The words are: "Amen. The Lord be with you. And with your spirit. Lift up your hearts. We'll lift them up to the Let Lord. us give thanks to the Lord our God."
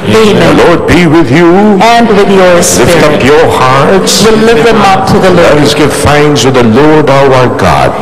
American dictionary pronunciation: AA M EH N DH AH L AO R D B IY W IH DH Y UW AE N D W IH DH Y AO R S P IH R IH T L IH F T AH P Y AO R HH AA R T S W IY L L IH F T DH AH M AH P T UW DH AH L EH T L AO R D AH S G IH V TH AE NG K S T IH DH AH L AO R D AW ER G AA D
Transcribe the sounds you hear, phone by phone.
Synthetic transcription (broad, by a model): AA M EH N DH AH L AO R D B IY W IH DH Y UW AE N D W IH DH Y AO R S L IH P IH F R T AH P Y AO R HH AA R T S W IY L L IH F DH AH M AH P T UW DH AH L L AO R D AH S G IH V F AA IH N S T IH DH AH L AO R D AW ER G AA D